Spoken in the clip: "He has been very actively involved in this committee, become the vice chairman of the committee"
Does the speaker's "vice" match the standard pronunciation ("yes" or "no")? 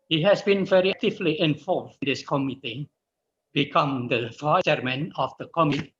no